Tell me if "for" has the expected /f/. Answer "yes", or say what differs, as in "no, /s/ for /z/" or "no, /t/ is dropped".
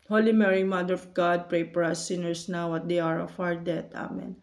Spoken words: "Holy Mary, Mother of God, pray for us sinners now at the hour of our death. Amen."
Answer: no, /p/ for /f/